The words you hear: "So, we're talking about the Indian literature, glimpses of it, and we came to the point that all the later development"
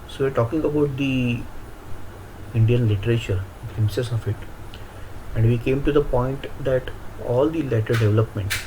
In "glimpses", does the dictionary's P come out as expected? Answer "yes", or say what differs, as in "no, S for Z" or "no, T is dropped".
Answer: no, P is dropped